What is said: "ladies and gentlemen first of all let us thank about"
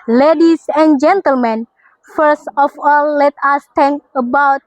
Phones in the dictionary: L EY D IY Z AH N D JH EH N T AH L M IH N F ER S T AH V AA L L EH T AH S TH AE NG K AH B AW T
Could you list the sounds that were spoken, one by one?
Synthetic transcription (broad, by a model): L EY D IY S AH N JH EH N T AH L M IH N F ER S T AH F AA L L EH T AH S T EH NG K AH B AW T